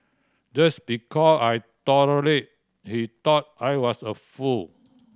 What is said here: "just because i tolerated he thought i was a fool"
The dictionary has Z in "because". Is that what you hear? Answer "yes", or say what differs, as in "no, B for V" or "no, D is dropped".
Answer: no, Z is dropped